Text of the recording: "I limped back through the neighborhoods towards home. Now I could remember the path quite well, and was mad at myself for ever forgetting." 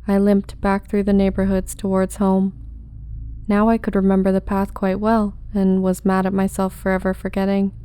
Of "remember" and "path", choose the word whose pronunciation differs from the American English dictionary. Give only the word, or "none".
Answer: none